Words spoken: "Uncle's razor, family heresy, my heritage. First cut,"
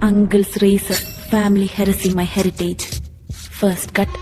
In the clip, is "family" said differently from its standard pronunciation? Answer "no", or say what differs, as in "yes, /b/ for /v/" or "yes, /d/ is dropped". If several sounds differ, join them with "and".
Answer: no